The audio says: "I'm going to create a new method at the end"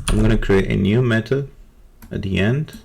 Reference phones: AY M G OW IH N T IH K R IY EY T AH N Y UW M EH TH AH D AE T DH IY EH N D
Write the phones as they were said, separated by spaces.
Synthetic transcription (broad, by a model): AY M G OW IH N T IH K R IY EY T AH N Y UW M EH T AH AE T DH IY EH N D